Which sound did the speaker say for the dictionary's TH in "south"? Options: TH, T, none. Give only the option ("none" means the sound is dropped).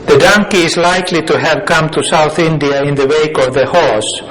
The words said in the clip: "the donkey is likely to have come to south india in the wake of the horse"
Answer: TH